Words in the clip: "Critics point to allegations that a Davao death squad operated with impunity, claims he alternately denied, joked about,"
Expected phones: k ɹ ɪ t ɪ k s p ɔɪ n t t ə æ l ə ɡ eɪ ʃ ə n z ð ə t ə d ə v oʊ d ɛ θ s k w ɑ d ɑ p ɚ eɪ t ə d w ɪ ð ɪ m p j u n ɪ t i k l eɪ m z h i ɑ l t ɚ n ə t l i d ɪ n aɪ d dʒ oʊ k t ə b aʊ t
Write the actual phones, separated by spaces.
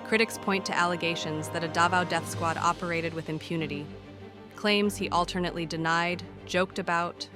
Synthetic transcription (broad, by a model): k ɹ ɪ t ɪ k s p ɔɪ n t t æ l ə ɡ eɪ ʃ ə n z ð ə t ə d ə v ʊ d ɛ θ s k w ɑ d ɑ p ɚ eɪ t ə d w ɪ ð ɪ m p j u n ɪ t i k l eɪ m z h i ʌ l t ɚ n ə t l i d ɪ n aɪ d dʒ oʊ k t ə b aʊ t